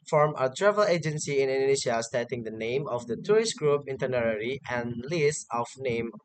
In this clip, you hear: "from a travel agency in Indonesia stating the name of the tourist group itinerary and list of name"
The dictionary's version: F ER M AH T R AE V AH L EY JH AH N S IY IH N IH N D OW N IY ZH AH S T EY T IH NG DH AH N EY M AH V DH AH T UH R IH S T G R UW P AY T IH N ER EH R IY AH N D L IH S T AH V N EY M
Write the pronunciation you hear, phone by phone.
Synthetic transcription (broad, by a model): F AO M AH T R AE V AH L EY JH AH N S IY IH N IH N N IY SH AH S T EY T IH NG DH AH N EY M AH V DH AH T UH R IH S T G R UW P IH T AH N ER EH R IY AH N L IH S AH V N EY M